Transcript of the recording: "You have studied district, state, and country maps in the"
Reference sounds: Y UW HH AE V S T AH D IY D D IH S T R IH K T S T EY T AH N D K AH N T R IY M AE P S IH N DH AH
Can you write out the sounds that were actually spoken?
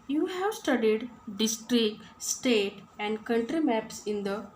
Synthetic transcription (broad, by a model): Y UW HH AE V S T AH D IY D D IH S T R IH K T S T EY T AH N D K AH N T R IY M AE P S IH N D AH